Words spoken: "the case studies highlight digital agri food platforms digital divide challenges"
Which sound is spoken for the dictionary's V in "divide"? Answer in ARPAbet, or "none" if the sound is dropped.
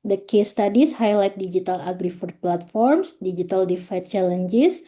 F